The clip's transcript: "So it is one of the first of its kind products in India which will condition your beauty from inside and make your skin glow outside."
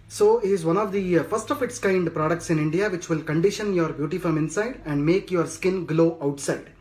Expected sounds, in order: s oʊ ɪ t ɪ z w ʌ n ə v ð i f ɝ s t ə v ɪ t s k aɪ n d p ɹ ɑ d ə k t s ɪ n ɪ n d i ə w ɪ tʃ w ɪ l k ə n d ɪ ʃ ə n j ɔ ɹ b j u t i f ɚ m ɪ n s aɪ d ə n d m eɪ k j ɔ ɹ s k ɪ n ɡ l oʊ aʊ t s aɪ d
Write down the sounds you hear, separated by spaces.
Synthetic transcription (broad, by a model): s oʊ ɪ t ɪ z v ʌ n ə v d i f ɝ s t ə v ɪ t s k aɪ n d p ɹ ɑ d ə k t s ɪ n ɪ n d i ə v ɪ tʃ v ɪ l k ə n d ɪ ʃ ə n j ɔ ɹ b j u t i f ɚ m ɪ n s aɪ d ə n d m eɪ k j ɔ ɹ s k ɪ n ɡ l oʊ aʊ t s aɪ d